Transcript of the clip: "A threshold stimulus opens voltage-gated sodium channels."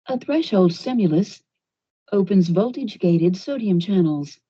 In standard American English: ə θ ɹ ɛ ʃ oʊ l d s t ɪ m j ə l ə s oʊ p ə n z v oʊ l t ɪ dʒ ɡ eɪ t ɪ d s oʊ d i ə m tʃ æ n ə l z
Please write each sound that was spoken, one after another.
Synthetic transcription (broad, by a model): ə θ ɹ ɛ ʃ oʊ l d s t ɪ m j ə l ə s oʊ p ə n z v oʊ l t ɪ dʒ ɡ eɪ t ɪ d s oʊ d i ə m tʃ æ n l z